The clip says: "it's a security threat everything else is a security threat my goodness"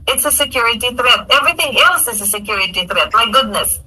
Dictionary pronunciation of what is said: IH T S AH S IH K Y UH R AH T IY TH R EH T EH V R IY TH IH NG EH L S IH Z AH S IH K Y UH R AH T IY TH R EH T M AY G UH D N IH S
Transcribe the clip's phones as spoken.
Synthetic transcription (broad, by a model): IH T S AH S IH K Y UH R AH T IY TH R EH T EH V R IY TH IH NG EH L S IH Z AH S IH K Y UH R AH T IY TH R EH T M AY G UH D N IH S